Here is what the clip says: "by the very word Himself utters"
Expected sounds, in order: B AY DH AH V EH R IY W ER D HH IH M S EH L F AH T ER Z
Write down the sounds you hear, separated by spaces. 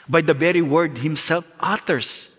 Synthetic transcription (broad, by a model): B AY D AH B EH R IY W ER D HH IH M S EH L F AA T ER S